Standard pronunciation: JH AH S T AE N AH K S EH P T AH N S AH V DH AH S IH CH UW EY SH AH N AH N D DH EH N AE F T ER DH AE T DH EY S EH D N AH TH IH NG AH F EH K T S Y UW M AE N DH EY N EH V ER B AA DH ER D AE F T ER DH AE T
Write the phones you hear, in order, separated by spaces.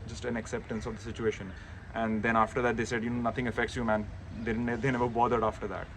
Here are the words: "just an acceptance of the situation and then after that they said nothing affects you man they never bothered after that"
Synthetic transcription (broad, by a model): JH AH S T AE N AH K S EH P T AH N S AH V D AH S IH CH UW EY SH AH N AH N D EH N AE F T ER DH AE T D EY S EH D N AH T IH NG AH F EH K T S Y UW M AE N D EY N EH V ER B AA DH ER D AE F T ER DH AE T